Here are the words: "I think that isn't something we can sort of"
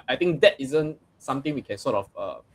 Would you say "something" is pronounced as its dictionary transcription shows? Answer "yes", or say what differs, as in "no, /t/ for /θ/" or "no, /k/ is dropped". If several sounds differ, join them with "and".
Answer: no, /t/ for /θ/